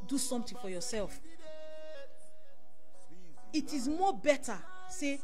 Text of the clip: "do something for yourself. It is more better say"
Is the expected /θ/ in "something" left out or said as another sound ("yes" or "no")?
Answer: yes